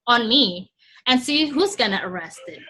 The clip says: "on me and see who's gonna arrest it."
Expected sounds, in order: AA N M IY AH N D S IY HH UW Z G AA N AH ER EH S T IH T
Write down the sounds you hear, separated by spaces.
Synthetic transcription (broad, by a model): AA N M IY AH N S IY HH UW Z G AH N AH ER EH S T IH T